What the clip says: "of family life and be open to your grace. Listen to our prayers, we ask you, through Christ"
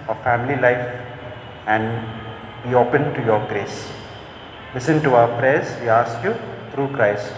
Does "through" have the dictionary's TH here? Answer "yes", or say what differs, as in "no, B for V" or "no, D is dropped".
no, T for TH